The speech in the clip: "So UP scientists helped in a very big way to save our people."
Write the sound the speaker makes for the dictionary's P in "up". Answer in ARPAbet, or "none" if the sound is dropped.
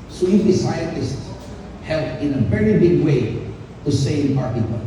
F